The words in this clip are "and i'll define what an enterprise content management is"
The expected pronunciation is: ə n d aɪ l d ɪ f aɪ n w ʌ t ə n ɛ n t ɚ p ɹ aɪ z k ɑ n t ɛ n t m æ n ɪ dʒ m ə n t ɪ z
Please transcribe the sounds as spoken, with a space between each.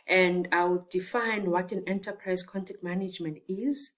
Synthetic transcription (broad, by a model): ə n d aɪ w d ɪ f aɪ n w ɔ t ə n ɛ n t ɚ p ɹ aɪ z k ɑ n t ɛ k t m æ n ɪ dʒ m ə n t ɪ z